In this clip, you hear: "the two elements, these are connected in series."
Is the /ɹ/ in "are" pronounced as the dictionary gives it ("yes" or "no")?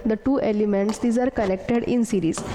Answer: yes